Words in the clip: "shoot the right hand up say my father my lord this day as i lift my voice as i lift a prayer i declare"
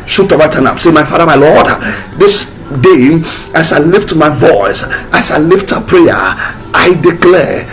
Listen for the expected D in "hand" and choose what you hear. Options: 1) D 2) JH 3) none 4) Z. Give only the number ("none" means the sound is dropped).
3